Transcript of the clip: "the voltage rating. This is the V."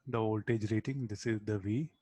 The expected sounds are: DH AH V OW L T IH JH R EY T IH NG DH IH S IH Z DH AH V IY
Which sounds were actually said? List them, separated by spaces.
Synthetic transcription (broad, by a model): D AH V OW L T IH JH R EY T IH NG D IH S IH Z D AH V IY